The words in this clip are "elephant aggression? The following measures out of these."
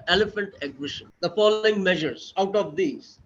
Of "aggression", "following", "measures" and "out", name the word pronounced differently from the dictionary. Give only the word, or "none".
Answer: aggression